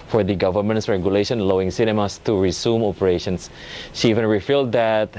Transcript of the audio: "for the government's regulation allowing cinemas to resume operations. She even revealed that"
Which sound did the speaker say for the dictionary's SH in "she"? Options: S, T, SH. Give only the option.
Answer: SH